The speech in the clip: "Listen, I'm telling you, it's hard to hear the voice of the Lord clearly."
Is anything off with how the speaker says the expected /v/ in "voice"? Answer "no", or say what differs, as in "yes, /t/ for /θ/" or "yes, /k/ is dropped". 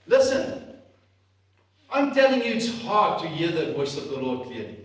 yes, /w/ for /v/